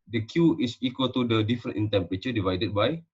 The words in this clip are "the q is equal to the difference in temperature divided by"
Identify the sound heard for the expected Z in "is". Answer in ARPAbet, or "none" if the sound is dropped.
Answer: S